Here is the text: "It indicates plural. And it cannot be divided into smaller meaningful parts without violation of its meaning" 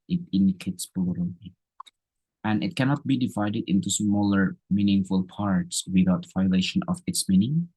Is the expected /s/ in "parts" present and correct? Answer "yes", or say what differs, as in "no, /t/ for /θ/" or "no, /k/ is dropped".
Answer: yes